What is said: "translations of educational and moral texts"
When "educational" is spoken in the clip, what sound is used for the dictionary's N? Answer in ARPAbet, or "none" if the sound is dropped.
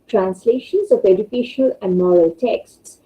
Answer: none